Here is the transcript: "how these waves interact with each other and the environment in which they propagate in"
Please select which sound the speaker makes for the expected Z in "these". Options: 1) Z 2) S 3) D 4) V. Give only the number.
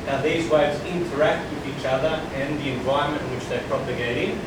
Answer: 1